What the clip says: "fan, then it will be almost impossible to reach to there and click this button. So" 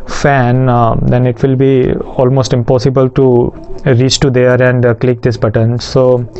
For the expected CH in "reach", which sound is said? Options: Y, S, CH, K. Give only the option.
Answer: CH